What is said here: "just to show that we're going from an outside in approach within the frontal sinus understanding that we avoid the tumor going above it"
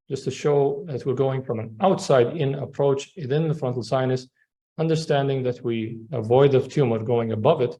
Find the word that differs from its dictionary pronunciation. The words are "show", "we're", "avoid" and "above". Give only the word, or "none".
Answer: none